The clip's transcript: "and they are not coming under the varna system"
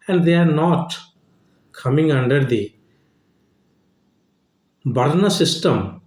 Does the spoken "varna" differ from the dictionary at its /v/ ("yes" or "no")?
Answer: yes